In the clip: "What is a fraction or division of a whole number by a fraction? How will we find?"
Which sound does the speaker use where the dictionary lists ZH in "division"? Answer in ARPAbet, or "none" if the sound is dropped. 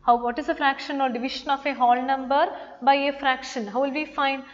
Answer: SH